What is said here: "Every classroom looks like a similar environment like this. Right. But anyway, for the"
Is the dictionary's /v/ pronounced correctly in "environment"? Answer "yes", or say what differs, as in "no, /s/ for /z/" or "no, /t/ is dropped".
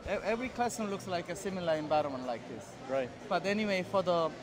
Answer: no, /b/ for /v/